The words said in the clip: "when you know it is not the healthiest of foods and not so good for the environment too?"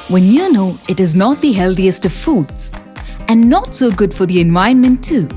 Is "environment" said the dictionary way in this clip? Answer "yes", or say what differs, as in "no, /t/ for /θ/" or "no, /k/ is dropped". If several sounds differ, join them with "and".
no, /ɹ/ is dropped